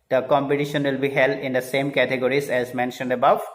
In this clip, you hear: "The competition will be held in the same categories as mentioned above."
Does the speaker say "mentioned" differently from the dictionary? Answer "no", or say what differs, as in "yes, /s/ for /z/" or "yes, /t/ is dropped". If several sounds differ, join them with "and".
no